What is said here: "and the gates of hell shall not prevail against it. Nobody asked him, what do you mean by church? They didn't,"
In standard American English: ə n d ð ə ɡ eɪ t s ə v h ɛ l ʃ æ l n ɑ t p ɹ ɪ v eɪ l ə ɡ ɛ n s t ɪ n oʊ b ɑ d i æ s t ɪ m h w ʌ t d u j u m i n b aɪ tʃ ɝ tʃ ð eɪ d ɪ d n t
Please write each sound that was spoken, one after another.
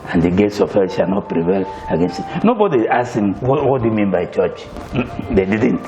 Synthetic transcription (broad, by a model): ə n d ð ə ɡ eɪ t s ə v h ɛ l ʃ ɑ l n ɑ t p ɹ ɪ v eɪ l ə ɡ ɛ n s t ɪ n oʊ b ɑ d i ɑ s ɪ m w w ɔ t d u j u m i n b aɪ tʃ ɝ tʃ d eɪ d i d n t